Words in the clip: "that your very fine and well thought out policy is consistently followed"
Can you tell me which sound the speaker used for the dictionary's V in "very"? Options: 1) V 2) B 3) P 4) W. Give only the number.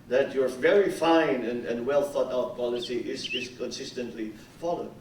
1